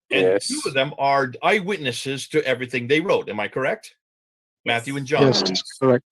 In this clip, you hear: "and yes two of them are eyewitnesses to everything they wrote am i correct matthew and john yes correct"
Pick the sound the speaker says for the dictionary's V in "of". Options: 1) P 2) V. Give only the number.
2